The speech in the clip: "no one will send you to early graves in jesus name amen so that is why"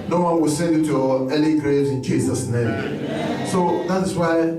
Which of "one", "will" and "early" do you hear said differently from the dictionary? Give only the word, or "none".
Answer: early